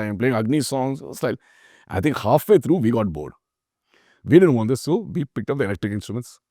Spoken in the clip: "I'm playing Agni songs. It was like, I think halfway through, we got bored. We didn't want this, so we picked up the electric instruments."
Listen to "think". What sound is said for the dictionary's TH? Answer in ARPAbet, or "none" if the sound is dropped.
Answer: T